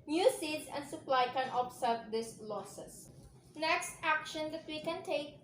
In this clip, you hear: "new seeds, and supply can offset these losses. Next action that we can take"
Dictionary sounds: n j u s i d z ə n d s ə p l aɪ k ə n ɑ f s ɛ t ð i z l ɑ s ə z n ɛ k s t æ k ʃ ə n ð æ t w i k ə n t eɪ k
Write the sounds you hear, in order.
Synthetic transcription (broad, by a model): n j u s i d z ə n d s ə p l aɪ k ə n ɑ p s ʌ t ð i s l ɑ s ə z n ɛ k s t æ k ʃ ə n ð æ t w i k ə n t eɪ k